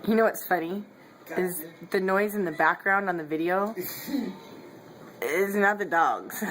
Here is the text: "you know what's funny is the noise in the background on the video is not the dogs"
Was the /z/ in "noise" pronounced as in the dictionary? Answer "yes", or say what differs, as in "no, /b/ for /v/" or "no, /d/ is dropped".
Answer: yes